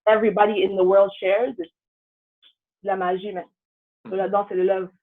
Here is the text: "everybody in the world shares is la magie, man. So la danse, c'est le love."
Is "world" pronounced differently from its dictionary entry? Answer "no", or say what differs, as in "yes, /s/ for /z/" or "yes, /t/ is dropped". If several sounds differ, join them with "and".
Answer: no